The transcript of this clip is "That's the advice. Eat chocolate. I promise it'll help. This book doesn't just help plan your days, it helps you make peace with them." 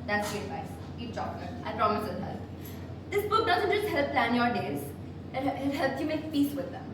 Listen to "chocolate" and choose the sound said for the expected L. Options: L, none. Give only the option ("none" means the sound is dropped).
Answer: none